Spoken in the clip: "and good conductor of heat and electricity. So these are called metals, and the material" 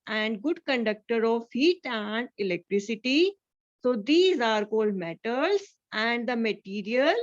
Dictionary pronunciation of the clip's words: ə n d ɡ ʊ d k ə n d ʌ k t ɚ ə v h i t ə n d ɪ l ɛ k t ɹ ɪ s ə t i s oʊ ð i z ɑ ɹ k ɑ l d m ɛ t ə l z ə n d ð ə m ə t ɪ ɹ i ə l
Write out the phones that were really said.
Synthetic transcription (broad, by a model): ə n d ɡ ʊ d k ə n d ʌ k t ɚ ə v h i t ə n d ɪ l ɛ k t ɹ ɪ s ə t i s oʊ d i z ɑ ɹ k ɑ l d m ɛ t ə l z ə n d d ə m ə t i ɹ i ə l